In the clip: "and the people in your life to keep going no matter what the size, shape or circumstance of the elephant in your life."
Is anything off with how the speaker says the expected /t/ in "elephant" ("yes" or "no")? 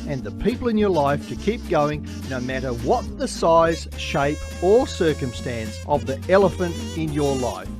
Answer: no